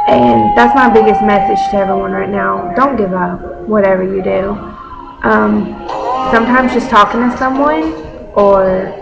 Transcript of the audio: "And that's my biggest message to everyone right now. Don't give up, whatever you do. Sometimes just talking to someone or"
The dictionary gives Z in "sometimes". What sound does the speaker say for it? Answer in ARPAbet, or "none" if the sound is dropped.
Z